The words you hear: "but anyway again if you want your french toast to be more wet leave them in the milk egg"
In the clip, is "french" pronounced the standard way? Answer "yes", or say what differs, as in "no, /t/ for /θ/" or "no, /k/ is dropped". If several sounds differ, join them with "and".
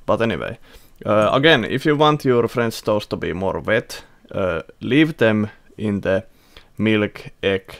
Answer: no, /s/ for /tʃ/